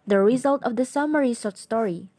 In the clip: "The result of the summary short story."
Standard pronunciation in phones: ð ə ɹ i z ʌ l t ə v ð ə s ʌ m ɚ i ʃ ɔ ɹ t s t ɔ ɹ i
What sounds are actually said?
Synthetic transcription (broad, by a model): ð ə ɹ i z ʌ l t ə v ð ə s ʌ m ɚ i s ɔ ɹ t s t ɔ ɹ i